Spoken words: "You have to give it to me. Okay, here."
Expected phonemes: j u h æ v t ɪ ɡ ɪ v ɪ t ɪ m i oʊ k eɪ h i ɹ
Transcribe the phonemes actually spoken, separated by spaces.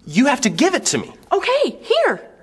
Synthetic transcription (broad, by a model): j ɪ h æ f t ɪ ɡ ɪ v ɪ t ɪ m i oʊ k eɪ h i ɹ